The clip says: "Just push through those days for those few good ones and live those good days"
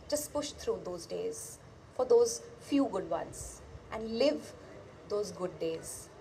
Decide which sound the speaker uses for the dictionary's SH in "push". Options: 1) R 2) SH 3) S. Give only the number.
2